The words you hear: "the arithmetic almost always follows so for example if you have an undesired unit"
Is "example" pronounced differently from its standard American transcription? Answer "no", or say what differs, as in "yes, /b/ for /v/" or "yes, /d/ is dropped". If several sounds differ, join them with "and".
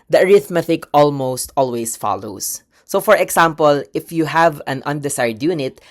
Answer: yes, /s/ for /z/